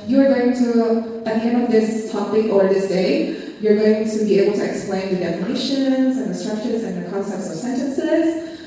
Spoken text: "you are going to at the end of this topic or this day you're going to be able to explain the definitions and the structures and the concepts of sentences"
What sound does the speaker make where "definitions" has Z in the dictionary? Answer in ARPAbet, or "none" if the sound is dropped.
Z